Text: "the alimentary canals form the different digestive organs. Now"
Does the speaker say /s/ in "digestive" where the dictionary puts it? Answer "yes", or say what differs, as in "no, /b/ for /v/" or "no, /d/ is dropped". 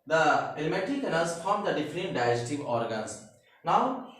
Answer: no, /s/ is dropped